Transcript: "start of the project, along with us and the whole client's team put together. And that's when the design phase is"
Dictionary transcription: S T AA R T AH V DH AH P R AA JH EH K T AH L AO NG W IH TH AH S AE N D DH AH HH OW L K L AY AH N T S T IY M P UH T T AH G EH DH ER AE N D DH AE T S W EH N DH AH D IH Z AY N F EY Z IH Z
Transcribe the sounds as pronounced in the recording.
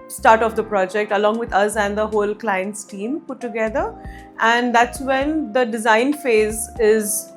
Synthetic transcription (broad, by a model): S T AA R T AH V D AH P R AA JH EH K T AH L AO NG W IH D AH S AE N D AH HH OW L K L AY AH N T S T IY M P UH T T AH G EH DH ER AE N D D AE T S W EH N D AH D IH Z AY N F EY Z IH Z